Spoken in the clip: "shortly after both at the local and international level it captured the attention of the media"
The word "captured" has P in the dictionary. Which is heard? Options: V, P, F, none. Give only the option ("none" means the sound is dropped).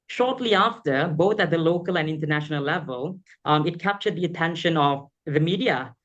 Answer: P